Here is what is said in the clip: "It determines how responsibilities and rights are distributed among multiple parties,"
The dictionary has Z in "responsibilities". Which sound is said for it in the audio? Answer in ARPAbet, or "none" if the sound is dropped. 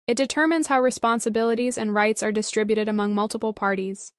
Z